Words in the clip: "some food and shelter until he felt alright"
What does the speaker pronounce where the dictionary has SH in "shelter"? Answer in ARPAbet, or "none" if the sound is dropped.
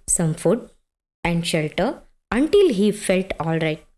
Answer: SH